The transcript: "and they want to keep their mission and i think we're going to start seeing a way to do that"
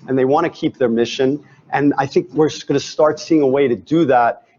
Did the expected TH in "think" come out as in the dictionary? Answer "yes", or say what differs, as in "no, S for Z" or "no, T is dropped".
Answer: yes